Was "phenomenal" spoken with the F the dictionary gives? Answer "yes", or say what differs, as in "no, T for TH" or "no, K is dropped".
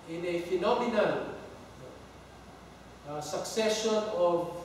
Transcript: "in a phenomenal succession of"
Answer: yes